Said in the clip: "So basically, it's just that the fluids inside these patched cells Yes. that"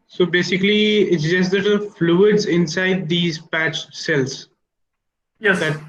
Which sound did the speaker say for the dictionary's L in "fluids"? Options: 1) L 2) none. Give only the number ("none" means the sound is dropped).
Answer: 1